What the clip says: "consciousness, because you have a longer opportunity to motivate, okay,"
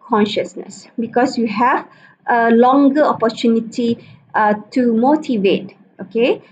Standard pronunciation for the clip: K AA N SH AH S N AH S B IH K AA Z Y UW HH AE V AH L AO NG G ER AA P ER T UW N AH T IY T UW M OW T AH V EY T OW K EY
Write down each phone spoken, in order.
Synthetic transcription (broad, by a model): K AA N SH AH S N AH S B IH K AA S Y UW HH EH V AH L AO NG G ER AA P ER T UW N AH T IY T UW M OW T AH V EY T OW K EY